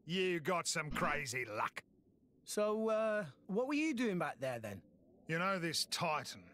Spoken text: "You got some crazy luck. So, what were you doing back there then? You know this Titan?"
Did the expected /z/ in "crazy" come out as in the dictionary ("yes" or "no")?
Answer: yes